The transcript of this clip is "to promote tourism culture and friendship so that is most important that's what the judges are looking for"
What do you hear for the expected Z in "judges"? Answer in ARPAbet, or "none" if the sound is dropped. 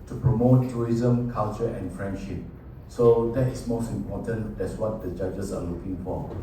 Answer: S